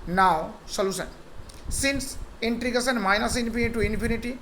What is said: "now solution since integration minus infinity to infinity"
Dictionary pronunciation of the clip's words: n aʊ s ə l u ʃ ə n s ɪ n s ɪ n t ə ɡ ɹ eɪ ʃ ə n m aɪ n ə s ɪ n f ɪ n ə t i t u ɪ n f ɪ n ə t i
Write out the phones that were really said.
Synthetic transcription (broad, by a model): n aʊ s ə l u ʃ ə n s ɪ n s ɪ n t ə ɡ eɪ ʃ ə n m aɪ n ə s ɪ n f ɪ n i t u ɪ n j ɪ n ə t i